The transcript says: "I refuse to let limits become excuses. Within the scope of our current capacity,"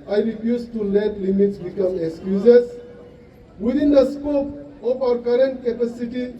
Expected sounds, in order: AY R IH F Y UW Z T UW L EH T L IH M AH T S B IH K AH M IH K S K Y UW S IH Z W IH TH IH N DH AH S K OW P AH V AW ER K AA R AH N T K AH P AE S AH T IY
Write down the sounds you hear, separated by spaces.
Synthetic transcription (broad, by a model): AY R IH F Y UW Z T UW L EH T L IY M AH T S B IH K AH M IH K S K Y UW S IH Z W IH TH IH N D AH S K OW P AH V AW ER K AA R AH N T K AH P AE S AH T IY